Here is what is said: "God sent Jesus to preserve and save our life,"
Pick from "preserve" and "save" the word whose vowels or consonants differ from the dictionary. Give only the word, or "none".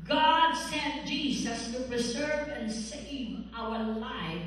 none